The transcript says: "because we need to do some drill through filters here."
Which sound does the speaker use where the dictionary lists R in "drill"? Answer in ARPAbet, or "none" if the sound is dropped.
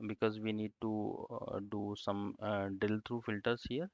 none